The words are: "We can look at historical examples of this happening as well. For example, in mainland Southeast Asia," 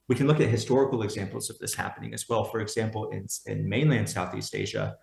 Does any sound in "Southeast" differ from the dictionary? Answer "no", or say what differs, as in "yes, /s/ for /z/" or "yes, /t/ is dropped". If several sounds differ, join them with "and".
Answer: no